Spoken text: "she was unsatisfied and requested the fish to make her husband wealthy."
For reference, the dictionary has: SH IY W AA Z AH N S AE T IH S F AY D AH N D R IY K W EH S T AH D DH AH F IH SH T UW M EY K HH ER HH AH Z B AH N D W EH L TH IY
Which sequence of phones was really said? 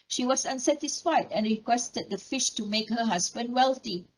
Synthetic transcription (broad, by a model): SH IY W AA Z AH N S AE T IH S F AY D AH N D R IY K W EH S T AH D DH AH F IH SH T UW M EY K HH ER HH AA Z B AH N D W EH L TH IY